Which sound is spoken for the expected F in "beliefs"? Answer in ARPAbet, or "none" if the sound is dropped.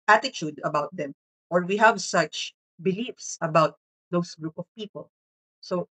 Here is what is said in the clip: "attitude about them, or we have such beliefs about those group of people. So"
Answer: F